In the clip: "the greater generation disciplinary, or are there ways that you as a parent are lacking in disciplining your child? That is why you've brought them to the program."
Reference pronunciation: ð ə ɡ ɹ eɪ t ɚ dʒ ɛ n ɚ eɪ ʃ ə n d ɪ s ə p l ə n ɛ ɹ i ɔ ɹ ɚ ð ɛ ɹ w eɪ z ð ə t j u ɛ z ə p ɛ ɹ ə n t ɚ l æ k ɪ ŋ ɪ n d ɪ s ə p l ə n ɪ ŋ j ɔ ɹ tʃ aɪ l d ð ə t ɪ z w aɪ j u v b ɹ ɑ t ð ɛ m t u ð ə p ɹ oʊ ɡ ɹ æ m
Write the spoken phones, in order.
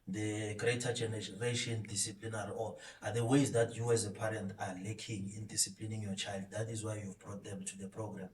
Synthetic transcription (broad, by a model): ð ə ɡ ɹ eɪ t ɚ dʒ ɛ n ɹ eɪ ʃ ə n d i s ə p l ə n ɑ ɹ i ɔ l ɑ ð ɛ w eɪ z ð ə t j u ɛ z ə p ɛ ɹ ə n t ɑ l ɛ k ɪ ŋ ɪ n d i s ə p l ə n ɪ ŋ j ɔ tʃ aɪ l d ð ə t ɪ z w aɪ j u v b ɹ ɑ t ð ɛ m t u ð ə p ɹ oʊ ɡ ɹ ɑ m